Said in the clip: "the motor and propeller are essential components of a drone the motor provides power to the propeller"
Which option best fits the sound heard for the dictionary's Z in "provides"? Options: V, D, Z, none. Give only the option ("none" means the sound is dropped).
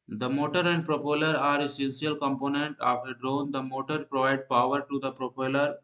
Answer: none